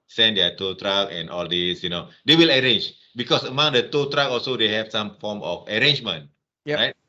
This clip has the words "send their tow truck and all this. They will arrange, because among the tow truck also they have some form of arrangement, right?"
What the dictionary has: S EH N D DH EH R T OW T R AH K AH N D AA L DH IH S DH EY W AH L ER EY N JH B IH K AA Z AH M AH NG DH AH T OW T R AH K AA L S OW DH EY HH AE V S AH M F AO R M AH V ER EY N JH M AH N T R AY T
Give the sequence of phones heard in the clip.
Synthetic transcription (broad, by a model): S EH N D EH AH T OW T R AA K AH N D AA L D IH S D EY W AH L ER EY N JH B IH K AA S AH M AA NG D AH T OW T R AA K AA L S OW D EY HH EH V S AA M F AO M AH F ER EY N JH M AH N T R AY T